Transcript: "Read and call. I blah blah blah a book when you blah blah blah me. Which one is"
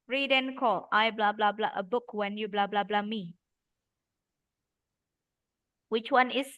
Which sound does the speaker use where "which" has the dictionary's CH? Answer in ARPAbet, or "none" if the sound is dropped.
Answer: CH